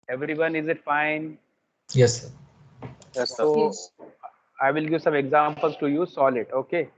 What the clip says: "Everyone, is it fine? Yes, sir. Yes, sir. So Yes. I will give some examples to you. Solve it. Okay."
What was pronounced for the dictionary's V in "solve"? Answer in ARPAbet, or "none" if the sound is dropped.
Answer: none